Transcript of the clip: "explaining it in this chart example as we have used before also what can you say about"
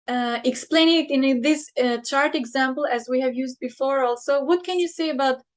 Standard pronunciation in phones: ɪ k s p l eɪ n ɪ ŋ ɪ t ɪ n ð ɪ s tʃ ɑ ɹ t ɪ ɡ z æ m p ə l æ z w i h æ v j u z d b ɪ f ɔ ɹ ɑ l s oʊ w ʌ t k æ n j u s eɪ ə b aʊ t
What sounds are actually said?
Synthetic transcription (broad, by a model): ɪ k s p l eɪ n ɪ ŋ ɪ t ɪ n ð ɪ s tʃ ɑ ɹ t ɪ ɡ z æ m p ə l æ z w i h æ v j u z d b ɪ f ɔ ɹ ɑ l s oʊ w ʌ t k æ n j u s eɪ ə b aʊ t